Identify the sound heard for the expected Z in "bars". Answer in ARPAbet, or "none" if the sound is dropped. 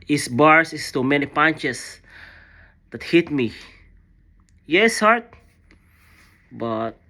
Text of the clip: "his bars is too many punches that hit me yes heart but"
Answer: S